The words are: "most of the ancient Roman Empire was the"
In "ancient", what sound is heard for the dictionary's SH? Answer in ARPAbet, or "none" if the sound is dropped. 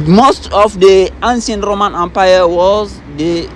S